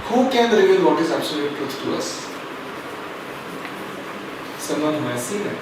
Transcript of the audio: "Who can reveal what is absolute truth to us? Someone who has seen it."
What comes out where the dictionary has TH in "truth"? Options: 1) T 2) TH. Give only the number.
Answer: 1